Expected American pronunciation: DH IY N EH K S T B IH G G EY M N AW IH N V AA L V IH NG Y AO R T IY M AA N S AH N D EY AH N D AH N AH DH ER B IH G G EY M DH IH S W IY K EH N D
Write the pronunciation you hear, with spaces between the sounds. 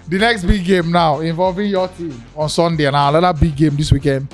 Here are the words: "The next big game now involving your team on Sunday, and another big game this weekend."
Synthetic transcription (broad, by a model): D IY N EH K S T B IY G G EY M N AW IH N V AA L V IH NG Y AO T IY M AA N S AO N D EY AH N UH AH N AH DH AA B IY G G EY M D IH S W IY K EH N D